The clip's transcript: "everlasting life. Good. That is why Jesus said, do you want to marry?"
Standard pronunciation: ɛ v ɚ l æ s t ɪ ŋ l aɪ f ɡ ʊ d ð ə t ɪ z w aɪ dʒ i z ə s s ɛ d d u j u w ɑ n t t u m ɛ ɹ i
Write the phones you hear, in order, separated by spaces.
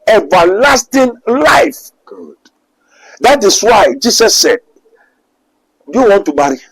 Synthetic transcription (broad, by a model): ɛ v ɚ l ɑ s t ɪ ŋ l aɪ f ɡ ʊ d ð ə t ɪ s w aɪ dʒ i s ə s s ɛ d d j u w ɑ n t t u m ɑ ɹ i